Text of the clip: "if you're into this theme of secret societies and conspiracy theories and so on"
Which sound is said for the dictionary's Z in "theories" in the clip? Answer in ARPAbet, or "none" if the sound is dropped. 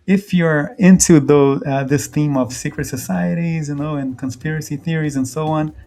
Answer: Z